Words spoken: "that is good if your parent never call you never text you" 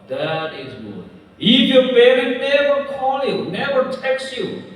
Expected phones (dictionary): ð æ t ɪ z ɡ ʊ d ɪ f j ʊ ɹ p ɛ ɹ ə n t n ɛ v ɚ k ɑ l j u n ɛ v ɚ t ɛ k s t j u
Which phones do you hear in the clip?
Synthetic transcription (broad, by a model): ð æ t ɪ z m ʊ ɪ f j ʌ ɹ b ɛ ɹ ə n n ɛ v ɚ k ɑ l j u n ɛ v ɚ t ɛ k s j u